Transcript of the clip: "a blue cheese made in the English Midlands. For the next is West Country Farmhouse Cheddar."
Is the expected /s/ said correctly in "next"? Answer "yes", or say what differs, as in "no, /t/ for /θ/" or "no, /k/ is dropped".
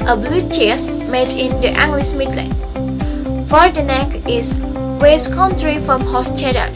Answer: no, /s/ is dropped